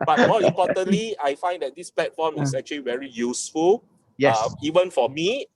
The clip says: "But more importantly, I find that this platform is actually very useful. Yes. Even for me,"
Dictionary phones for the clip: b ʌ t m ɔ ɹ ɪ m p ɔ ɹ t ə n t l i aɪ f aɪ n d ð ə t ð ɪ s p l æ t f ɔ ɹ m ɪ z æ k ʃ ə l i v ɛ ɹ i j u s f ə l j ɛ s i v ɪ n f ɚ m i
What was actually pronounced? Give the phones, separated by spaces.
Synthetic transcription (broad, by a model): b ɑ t m ɔ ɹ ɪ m p ɔ t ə n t l i aɪ f aɪ n d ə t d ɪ s p l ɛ t f ɔ m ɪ s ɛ k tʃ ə l i v ɛ ɹ i j u s f ə l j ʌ i v ɪ n f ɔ m i